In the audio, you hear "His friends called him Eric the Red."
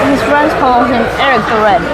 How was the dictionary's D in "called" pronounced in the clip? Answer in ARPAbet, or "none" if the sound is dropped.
none